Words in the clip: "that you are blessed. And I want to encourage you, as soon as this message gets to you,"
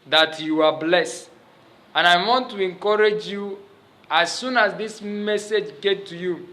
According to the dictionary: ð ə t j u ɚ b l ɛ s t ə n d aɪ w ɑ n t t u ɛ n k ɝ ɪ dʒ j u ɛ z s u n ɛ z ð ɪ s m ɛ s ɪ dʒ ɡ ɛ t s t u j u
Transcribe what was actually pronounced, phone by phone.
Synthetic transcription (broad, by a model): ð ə t j u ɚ b l ɛ s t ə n aɪ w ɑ n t t u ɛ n k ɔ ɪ dʒ j u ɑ s u n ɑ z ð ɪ s m ɛ s ɪ dʒ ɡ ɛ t t u j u